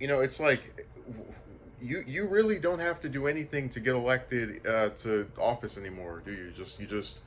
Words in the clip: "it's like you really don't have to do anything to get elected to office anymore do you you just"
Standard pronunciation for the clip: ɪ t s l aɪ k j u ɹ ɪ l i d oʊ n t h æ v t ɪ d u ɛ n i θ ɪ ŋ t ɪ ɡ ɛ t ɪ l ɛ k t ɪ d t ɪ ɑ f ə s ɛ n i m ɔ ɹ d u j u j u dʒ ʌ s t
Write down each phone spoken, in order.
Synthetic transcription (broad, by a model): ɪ t s l aɪ k j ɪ ɹ ɪ l i d oʊ n t h æ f t ɪ d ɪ ɛ n i θ ɪ ŋ t ɪ ɡ ɛ t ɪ l ɛ k t ɪ d t ɪ ɑ f ə s ɛ n i m ɔ ɹ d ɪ j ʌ j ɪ dʒ ʌ s t